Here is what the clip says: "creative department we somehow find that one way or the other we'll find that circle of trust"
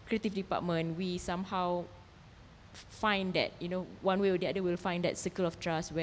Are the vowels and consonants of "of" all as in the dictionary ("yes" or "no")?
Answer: no